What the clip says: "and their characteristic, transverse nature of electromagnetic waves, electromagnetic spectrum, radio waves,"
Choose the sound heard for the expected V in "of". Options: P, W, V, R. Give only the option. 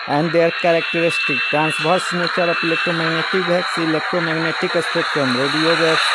P